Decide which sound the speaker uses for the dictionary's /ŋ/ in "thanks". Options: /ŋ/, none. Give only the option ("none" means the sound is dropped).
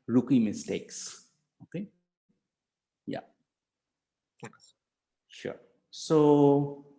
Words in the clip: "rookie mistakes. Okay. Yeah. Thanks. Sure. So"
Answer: none